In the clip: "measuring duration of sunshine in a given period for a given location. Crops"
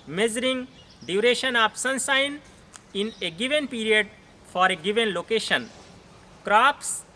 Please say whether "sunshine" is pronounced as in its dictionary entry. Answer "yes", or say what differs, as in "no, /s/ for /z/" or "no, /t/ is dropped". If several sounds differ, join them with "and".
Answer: no, /s/ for /ʃ/